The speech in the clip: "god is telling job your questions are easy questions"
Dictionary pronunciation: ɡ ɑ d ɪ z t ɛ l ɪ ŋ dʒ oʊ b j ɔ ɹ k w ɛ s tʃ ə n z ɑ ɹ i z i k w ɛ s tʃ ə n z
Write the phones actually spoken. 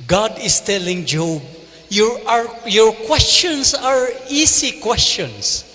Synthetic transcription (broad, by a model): ɡ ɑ d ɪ s t ɛ l ɪ ŋ dʒ oʊ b j ɔ ɹ k w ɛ s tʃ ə n s ɑ ɹ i s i k w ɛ s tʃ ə n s